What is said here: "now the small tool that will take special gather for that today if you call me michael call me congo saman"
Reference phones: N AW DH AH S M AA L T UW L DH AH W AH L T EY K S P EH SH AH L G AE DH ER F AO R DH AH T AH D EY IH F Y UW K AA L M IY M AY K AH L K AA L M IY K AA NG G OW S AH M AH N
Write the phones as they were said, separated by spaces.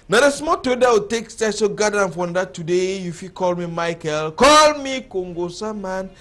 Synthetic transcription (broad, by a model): N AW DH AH S M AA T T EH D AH W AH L T EY K S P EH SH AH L G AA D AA F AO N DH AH T AH D EY IH F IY K AA L M IY M AY K AH L K AA L M IY K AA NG G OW S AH M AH N